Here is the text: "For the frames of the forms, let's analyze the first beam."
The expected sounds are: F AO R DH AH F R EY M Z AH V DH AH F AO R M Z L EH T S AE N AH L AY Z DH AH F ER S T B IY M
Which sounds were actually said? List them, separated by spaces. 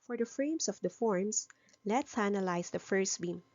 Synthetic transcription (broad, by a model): F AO R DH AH F R EY M S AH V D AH F AO R M S L EH T S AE N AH L AY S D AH F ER S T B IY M